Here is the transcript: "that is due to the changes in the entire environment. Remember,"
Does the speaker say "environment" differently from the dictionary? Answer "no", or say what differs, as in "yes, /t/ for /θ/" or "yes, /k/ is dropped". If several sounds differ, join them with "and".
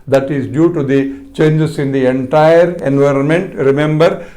no